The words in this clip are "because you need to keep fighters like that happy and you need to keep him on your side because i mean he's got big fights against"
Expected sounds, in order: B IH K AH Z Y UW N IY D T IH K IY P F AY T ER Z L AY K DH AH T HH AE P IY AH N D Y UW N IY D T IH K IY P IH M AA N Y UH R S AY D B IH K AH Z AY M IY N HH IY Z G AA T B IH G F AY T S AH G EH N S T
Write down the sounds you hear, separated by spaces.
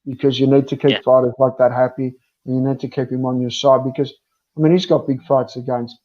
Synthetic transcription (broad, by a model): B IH K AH Z Y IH N IY D T IH K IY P F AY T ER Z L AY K DH AH T HH AE P IY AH N Y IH N IY D T IH K IY P IH M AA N Y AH R S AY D B IH K AH Z AY M IY N HH IY Z G AA T B IH G F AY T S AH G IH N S